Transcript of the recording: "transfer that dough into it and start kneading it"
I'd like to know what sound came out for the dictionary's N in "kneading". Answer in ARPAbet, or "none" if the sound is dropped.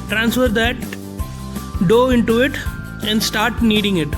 N